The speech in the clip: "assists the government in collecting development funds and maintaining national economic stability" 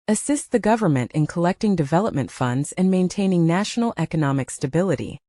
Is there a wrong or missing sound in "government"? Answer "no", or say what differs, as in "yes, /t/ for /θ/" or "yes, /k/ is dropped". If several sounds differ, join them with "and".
no